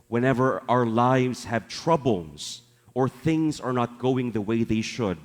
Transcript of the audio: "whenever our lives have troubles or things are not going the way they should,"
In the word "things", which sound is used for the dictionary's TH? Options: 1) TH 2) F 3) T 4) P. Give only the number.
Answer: 1